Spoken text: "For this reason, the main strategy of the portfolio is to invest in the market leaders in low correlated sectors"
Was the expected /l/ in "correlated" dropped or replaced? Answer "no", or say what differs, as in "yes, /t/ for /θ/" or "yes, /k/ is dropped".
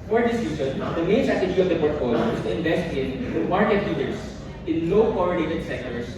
yes, /n/ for /l/